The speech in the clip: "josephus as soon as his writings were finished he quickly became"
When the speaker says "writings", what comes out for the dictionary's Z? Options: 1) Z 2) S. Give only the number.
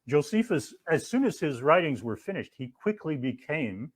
1